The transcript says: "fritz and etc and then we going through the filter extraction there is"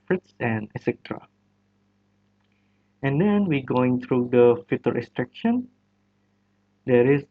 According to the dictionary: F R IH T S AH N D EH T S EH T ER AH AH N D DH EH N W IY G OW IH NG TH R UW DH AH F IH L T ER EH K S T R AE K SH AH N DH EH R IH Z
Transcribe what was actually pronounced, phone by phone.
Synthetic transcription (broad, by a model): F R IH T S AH N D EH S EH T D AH AH N D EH N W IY G OW IH NG T R UW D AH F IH T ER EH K S T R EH K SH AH N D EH R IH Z